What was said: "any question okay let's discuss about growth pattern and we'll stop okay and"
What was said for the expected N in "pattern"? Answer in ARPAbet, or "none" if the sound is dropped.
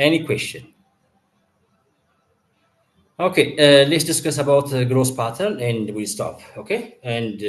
L